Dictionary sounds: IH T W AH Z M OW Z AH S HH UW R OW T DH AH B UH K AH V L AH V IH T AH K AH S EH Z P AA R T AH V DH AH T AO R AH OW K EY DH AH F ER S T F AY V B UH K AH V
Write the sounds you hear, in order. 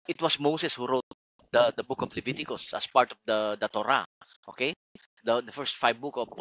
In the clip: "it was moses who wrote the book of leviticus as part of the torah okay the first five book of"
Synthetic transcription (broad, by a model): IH T W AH S M OW S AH S HH UW R OW T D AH B UH K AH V L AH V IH T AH K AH S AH S P AA R T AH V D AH T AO R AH OW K EY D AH F ER S T F AY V B UH K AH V